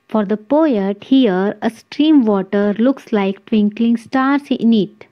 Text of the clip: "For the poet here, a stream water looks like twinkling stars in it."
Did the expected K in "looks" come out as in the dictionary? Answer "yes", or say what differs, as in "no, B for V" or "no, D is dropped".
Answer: yes